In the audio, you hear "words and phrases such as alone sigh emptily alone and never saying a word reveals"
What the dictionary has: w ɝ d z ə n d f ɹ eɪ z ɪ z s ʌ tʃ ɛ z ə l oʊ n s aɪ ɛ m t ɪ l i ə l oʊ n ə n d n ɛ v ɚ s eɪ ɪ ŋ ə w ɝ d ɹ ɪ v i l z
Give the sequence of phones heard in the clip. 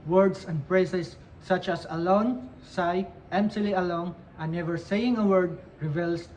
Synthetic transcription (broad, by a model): w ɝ d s ə n d p ɹ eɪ s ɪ s ʌ tʃ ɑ s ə l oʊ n s aɪ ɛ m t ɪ l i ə l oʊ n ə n n ɛ v ɚ s eɪ ɪ ŋ ə w ɝ d ɹ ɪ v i l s